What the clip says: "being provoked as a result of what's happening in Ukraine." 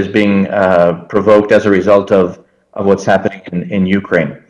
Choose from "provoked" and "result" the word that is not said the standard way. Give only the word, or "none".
none